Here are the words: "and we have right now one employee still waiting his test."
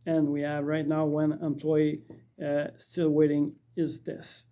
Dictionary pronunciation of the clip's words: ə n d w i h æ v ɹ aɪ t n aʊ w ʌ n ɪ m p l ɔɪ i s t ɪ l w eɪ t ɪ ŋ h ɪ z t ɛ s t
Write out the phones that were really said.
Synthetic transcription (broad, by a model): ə n w i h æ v ɹ aɪ t n aʊ w ʌ n ɪ m p l ɔɪ i s t ɪ l w eɪ t ɪ ŋ ɪ z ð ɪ s